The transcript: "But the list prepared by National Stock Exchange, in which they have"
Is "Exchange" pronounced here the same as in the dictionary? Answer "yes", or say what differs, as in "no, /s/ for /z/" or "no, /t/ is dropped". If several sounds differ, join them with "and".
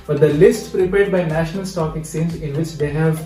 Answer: no, /tʃ/ is dropped and /z/ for /dʒ/